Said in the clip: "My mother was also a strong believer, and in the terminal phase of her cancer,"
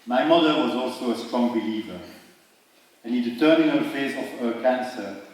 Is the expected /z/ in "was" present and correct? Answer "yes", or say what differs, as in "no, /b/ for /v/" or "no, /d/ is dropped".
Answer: yes